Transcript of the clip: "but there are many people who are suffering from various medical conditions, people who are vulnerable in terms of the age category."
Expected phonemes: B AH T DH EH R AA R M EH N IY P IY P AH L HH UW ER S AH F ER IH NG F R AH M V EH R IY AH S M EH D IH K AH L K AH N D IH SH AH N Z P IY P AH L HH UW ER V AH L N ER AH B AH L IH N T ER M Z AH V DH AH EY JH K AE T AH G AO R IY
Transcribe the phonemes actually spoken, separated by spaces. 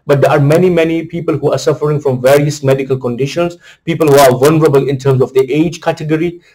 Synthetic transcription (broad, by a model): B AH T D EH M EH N M EH N IY P IY P AH L HH UW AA S AH F ER IH NG F R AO M V EH R IY AH S M EH D IH K AH L K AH N D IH SH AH N S P IY P AH L HH UW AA V AH L N ER AH B AH L IH N T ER M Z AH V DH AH EY JH K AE T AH G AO R IY